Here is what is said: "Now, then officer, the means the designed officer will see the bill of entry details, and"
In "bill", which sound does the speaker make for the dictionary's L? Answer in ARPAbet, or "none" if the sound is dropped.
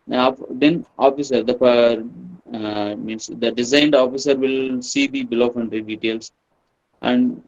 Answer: L